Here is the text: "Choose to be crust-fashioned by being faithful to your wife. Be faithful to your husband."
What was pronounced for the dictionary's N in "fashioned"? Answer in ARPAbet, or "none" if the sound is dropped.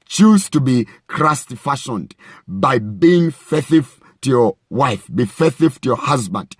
N